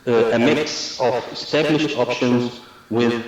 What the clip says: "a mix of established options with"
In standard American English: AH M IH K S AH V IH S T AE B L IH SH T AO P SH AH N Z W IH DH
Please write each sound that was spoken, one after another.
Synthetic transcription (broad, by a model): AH M IH K S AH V IH S T AE B L IH SH T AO P SH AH N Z W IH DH